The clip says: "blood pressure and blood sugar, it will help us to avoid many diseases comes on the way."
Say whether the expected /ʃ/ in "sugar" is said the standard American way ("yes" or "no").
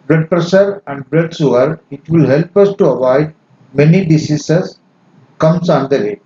no